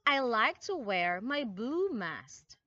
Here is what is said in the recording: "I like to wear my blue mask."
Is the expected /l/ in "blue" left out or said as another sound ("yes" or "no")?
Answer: yes